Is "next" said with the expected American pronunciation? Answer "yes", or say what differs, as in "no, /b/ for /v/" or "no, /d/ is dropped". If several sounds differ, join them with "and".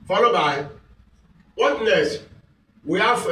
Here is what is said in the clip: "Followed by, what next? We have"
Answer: no, /k/ is dropped